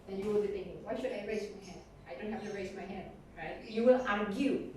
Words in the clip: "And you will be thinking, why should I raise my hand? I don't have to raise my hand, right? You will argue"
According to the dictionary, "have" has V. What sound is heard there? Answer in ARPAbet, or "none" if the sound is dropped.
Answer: F